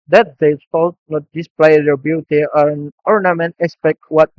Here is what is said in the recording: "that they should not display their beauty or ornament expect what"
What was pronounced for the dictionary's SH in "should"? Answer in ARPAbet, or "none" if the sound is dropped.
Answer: S